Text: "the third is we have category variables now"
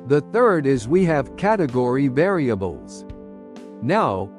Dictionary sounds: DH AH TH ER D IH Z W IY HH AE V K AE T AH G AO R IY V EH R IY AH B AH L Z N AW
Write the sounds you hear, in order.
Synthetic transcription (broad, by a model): DH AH TH ER D IH Z W IY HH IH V K AE T AH G AO R IY V EH R IY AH B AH L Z N AW